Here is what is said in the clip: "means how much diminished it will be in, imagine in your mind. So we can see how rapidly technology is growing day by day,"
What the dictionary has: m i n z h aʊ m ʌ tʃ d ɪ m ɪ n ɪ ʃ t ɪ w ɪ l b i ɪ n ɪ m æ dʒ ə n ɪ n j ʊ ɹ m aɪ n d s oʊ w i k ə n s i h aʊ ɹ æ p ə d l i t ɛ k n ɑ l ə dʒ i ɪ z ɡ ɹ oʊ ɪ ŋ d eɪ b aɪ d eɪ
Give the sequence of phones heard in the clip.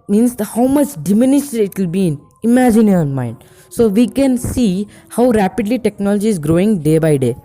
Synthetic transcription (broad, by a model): m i n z h aʊ m ʌ tʃ d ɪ m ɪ n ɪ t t ɪ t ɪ l b i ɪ n ɪ m æ dʒ ə n ɪ n m aɪ n d s oʊ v i k ə n s i h aʊ ɹ æ p ə d l i t ɛ k n ɑ l ə dʒ i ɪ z ɡ ɹ oʊ ɪ ŋ d eɪ b aɪ d eɪ